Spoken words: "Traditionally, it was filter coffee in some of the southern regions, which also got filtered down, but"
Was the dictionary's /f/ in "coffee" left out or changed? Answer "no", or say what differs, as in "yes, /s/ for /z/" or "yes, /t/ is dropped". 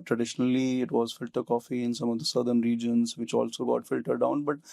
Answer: no